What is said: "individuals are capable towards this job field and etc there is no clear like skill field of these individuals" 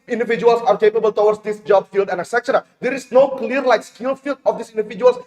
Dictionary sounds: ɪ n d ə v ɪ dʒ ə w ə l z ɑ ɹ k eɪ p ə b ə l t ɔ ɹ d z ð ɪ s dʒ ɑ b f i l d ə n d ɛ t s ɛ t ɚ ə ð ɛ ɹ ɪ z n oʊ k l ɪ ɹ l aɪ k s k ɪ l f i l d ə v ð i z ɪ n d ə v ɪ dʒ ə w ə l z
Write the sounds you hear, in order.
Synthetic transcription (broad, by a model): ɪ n d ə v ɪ dʒ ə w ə l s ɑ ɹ k eɪ p ə b ə l t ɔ w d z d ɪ s dʒ ɑ b f i l d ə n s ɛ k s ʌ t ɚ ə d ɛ ɹ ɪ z n oʊ k l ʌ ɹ l aɪ k s k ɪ l f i l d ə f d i s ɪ n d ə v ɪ dʒ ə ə l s